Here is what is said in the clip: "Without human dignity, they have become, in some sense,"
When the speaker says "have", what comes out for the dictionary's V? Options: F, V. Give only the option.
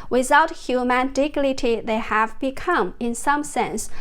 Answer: V